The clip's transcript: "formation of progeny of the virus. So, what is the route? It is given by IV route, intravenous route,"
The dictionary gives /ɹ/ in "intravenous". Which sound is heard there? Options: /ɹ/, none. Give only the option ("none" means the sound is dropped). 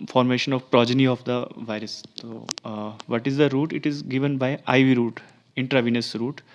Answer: /ɹ/